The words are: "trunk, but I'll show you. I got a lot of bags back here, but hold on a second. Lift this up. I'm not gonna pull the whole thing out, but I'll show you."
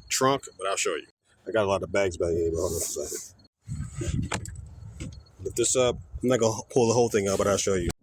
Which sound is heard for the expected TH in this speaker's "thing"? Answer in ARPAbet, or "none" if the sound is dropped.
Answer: TH